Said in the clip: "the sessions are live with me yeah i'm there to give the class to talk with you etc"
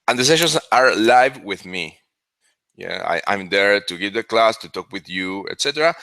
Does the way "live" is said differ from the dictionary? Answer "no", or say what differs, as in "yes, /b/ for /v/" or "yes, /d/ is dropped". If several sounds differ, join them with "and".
no